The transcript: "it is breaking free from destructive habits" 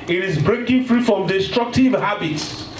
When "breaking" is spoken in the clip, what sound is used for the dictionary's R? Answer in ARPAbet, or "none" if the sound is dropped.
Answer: R